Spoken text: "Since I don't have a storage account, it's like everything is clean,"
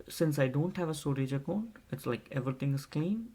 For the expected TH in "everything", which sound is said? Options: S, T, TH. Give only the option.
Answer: T